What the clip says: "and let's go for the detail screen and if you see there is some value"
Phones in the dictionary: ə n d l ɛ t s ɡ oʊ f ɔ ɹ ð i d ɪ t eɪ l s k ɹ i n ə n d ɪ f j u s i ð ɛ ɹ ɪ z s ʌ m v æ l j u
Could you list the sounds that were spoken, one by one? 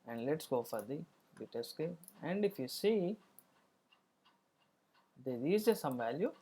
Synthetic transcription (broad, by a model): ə n d l ɛ t s ɡ oʊ f ɔ ɹ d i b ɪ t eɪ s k ɛ ə n d ɪ f j u s i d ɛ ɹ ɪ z s ʌ m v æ l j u